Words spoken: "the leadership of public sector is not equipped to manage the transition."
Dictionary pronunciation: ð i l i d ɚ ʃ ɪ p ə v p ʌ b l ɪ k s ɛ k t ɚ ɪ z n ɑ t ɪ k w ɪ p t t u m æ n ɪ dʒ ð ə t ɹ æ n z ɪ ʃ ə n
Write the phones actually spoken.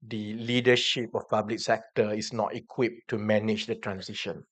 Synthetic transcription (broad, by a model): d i l i d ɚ ʃ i p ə f p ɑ b l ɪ k s ɛ k t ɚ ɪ s n ɑ t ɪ k w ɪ p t t u m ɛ n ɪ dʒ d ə t ɹ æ n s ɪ ʃ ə n